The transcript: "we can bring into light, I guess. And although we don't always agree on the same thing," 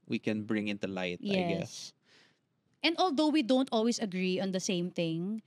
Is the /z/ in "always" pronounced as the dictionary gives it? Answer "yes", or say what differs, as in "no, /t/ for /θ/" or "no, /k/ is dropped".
no, /s/ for /z/